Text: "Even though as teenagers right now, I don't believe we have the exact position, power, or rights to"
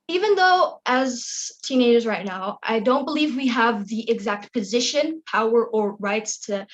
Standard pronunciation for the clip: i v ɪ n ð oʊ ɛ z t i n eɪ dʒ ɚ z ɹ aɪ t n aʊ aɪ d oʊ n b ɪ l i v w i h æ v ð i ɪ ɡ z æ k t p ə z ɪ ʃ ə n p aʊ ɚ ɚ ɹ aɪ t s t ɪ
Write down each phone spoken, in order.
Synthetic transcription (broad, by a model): i v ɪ n ð oʊ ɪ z t i n eɪ dʒ ɚ z ɹ aɪ t n aʊ aɪ d oʊ n b ɪ l i v w i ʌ v ð i ɪ ɡ z æ k t p ə z ɪ ʃ ə n p aʊ ɚ ɚ ɹ aɪ t s t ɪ